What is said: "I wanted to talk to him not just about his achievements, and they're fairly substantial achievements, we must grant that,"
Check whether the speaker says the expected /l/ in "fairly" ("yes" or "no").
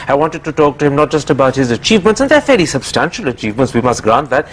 no